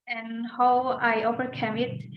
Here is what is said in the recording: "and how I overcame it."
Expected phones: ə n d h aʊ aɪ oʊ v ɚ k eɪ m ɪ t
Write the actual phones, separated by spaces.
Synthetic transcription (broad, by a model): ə n h aʊ aɪ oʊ p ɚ k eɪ m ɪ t